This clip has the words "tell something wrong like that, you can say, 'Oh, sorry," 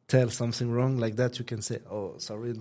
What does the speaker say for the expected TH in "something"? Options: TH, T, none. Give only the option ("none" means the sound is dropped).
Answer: TH